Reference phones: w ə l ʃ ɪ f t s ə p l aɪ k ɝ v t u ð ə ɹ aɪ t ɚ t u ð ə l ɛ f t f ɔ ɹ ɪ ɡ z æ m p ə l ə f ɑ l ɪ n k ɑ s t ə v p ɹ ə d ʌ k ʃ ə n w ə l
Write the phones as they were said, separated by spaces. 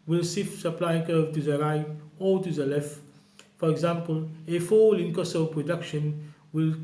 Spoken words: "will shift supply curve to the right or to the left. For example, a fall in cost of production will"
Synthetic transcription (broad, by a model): w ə l s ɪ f s ə p l aɪ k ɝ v t u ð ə ɹ aɪ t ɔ t u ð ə l ɛ f t f ɔ ɹ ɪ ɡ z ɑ m p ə l ə f ɑ l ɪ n k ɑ s ə p ɹ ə d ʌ k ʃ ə n w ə l